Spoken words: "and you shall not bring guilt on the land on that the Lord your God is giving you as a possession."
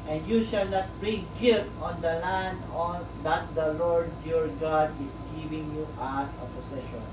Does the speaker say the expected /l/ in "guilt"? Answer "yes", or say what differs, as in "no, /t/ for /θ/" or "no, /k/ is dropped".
no, /l/ is dropped